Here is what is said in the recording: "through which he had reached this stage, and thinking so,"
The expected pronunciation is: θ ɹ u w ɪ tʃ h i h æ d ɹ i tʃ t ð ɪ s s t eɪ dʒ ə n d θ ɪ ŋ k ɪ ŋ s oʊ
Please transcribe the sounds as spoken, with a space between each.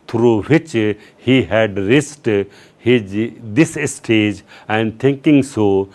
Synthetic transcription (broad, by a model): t ɹ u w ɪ tʃ h i h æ d ɹ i s t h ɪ s s t eɪ dʒ ə n d t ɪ ŋ k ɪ ŋ s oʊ